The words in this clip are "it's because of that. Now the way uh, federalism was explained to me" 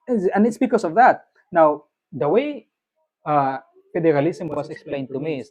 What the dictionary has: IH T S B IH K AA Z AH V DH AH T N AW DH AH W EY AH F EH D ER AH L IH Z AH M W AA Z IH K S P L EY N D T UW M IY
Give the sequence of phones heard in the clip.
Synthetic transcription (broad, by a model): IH T S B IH K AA S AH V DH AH T N AW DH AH W EY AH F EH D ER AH L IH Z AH M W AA S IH K S P L EY N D T UW M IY